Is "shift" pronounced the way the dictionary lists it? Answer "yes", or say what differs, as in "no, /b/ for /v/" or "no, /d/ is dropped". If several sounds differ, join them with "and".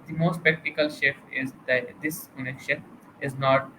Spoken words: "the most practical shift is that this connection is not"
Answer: no, /t/ is dropped